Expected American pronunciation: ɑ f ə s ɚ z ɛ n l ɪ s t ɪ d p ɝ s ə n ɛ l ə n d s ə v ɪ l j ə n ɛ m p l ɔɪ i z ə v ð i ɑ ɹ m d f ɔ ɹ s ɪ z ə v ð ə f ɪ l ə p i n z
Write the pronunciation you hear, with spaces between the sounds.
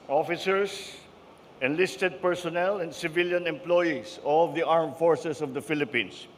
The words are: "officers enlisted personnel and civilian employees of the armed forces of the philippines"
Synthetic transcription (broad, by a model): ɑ f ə s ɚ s ɛ n l ɪ s t ɪ d p ɝ s ə n ɛ l ə n d s ə v ɪ l j ə n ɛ m p l ɔɪ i s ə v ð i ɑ ɹ m f ɔ ɹ s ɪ s ə v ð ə f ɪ l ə p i n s